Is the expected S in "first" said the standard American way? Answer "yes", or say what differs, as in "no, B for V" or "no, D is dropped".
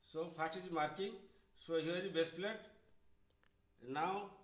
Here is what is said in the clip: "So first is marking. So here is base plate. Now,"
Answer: no, S is dropped